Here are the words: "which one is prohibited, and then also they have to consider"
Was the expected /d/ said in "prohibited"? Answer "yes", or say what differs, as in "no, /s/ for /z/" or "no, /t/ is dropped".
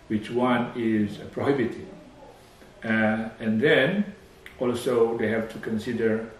no, /d/ is dropped